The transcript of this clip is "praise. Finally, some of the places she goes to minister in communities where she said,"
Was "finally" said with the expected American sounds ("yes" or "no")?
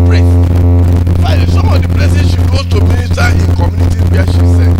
no